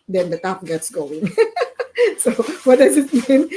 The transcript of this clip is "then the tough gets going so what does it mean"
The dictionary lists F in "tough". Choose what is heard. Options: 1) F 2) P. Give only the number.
2